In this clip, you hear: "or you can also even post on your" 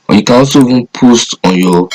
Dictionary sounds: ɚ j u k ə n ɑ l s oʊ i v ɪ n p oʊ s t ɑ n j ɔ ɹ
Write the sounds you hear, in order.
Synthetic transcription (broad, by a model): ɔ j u k ə n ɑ s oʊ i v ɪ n p oʊ s t ɑ n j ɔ